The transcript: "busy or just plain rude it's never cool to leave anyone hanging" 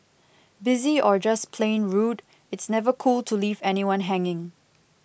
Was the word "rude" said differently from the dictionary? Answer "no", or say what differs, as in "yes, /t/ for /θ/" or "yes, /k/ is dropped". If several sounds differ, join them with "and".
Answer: no